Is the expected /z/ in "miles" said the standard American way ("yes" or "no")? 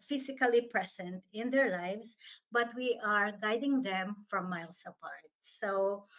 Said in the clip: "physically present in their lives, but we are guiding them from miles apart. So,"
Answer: no